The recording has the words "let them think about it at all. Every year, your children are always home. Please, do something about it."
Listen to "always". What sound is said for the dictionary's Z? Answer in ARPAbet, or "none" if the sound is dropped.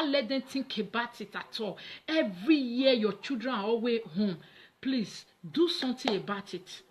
none